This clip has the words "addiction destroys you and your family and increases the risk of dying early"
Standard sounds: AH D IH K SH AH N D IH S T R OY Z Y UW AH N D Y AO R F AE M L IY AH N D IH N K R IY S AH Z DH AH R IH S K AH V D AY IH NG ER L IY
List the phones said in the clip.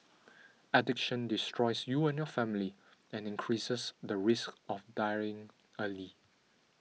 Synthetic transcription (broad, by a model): AH D IH K SH AH N D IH S T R OY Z Y UW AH N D Y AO F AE M L IY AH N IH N K R IY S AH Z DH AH R IH S K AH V D AY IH NG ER L IY